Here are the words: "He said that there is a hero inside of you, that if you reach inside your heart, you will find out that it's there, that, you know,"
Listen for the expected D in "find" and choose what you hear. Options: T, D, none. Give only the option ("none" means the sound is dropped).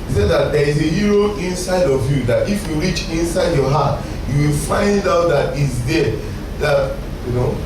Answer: D